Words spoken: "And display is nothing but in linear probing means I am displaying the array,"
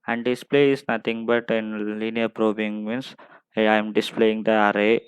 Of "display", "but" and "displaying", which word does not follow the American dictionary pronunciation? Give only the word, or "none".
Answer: none